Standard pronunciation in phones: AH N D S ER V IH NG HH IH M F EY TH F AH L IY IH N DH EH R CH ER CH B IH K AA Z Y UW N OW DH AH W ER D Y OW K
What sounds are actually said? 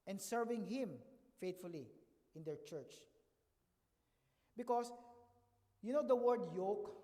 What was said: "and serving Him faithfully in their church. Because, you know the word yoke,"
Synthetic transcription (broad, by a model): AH N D S ER V IH NG HH IH M F EY T F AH L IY IH N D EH R CH ER CH B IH K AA S Y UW N OW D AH W ER D Y OW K